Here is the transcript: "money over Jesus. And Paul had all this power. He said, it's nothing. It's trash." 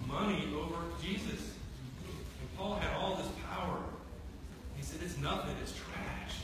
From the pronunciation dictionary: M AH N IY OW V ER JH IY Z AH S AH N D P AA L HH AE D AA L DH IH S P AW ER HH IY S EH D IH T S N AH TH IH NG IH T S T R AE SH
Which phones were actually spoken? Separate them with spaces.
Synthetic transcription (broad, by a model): M AH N IY OW V ER JH IY Z AH S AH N P AA L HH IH D AA L DH IH S P AW ER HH IY S EH D IH T S N AH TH IH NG IH T S T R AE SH